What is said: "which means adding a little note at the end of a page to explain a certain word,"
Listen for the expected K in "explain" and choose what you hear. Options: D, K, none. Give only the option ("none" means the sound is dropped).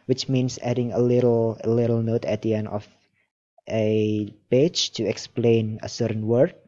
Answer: K